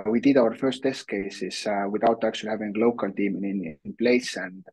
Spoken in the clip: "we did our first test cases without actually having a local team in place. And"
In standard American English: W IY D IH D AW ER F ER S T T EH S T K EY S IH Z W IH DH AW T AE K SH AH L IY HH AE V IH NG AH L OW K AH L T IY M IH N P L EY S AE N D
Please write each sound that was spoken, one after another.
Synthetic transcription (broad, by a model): W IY D IH D AW ER F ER S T T EH S T K EY S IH S W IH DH AW T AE K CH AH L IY HH AE V IH NG L OW K AH L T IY M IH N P L EY S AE N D